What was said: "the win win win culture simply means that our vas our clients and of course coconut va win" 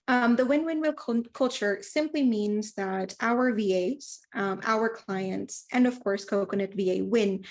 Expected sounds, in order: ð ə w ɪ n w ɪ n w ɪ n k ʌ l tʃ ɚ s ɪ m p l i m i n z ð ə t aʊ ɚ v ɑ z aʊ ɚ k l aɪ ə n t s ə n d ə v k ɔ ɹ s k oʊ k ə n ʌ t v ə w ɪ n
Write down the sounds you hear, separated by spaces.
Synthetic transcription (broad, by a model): ð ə w ɪ n w ɪ n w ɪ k k ʌ l tʃ ɚ s ɪ m p l i m i n z ð ə t aʊ ɚ v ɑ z aʊ ɚ k l aɪ ə n t s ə n ə v k ɔ ɹ s k oʊ k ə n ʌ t v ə w ɪ n